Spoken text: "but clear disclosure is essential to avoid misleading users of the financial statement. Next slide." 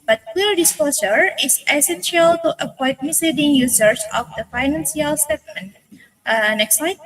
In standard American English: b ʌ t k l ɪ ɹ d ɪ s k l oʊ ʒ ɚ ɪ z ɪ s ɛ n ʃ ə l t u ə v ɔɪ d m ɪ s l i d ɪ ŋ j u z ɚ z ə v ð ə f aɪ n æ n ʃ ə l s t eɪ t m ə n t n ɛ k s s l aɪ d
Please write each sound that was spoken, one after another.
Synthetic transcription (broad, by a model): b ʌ t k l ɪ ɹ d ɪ s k l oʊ s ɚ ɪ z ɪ s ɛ n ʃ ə l t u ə p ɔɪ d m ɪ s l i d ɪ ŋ j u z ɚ s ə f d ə f aɪ n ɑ n s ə l s t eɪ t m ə n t n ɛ k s s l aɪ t